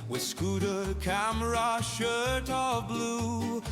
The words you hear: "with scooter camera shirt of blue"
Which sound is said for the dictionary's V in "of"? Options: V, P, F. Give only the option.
V